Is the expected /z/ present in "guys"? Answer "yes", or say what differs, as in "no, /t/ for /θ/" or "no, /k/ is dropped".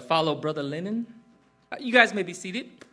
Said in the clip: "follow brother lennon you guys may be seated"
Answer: yes